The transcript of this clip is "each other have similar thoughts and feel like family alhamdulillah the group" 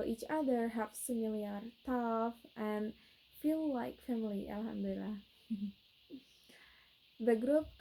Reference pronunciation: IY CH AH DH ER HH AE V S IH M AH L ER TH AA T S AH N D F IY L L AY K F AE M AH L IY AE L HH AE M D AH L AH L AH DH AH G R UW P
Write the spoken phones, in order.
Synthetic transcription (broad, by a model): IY CH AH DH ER HH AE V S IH M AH L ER T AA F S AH N F IY L L AY K F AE M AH L IY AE L HH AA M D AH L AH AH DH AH G R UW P